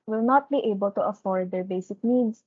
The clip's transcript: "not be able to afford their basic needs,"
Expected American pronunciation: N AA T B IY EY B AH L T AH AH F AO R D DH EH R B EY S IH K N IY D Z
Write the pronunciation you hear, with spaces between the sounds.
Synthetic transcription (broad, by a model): N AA T B IY EY B AH L T AH AH F AO R D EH R B EY S IH K N IY D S